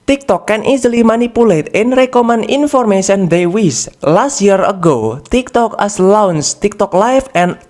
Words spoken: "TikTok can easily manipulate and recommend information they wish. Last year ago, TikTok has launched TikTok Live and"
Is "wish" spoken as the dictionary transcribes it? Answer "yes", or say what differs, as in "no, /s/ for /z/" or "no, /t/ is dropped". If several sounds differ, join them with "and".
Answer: no, /s/ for /ʃ/